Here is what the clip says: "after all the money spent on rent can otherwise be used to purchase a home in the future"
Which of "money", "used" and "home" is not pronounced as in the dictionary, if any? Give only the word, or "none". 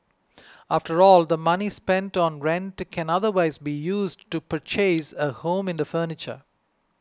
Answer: none